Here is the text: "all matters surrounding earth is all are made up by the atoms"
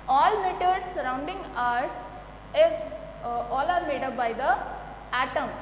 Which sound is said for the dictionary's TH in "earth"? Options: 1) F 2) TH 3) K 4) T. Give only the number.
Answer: 4